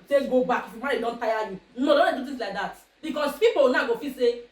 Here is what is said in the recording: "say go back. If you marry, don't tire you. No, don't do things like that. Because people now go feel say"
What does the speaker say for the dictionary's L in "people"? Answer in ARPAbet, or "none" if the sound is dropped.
W